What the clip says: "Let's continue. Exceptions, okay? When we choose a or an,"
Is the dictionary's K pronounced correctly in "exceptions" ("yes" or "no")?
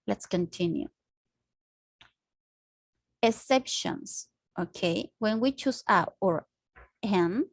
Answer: no